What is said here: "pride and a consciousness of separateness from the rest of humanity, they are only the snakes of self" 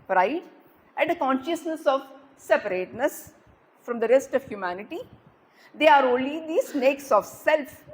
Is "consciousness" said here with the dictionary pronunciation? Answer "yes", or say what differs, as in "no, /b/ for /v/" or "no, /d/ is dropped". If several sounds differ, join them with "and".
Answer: yes